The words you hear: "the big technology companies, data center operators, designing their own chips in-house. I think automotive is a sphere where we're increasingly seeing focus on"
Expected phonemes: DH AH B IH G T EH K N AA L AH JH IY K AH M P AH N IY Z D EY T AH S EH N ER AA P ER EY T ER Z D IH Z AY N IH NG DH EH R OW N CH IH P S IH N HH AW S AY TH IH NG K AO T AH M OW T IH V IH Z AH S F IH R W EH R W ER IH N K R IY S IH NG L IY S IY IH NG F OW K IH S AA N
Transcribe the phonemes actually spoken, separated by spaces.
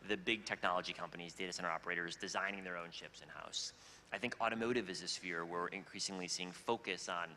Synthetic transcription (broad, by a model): DH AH B IH G T EH K N AA L AH JH IY K AH M P AH N IY Z D EY T AH S EH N ER AA P ER EY T ER Z D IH Z AY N IH NG DH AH R OW N SH IH P S IH N HH AW S AY TH IH NG K AO T AH M OW T IH V IH Z AH S F IH R W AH R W IH N K R IY S IH NG L IY S IY IH NG F OW K IH S N